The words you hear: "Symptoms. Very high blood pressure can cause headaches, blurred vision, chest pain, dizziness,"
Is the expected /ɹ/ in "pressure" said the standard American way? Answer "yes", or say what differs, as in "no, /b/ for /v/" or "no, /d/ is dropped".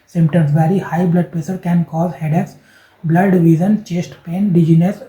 no, /ɹ/ is dropped